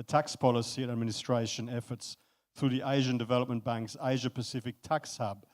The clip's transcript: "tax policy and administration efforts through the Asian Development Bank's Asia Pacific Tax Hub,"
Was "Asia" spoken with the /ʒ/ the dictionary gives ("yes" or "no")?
yes